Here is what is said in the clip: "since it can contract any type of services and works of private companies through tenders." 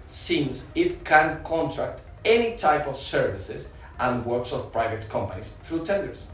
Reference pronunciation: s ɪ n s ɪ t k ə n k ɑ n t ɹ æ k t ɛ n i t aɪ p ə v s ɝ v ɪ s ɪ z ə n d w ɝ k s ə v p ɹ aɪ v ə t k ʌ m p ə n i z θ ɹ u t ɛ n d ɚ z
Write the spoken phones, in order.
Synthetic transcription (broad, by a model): s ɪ n s ɪ t k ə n k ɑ n t ɹ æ k t ɛ n i t aɪ p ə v s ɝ v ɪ s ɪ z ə n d w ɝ k s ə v p ɹ aɪ v ə t k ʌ m p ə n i s θ ɹ u t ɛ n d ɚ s